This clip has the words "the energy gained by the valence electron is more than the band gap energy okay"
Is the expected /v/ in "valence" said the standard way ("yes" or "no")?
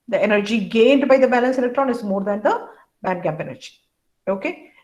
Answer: no